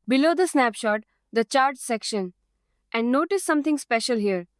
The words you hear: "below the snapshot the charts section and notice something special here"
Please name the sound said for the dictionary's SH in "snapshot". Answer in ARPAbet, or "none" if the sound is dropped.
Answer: SH